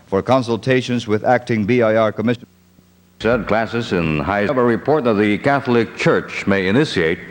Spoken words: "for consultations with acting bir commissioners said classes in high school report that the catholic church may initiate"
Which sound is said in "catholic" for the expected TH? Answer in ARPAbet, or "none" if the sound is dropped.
TH